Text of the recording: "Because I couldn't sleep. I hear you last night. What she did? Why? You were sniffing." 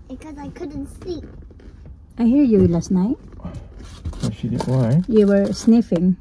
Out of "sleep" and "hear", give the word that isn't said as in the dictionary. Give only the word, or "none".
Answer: sleep